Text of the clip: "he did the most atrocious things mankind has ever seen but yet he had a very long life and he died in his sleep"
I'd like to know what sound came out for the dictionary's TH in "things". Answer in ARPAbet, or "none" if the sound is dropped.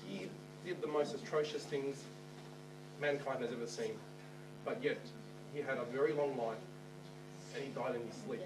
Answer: TH